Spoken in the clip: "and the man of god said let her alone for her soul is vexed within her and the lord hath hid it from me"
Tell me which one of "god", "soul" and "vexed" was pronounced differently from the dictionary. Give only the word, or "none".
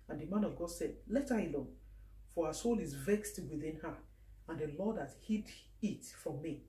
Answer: none